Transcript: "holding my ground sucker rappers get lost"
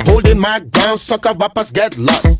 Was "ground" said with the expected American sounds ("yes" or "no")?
no